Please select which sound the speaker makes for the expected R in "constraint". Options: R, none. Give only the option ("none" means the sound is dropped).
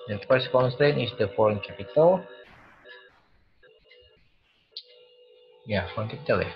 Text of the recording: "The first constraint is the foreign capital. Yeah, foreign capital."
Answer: none